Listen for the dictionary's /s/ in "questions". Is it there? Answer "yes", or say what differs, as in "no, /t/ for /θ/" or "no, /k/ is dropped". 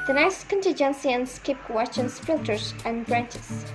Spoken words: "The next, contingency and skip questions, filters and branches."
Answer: no, /s/ is dropped